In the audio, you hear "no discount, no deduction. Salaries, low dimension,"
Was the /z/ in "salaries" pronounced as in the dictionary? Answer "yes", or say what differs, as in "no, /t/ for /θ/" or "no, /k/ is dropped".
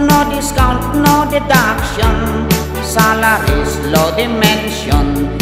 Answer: no, /s/ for /z/